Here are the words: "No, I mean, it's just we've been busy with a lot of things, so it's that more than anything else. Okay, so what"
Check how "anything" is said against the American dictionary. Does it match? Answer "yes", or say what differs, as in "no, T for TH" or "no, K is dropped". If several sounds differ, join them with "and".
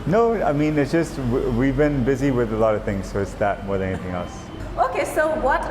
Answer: yes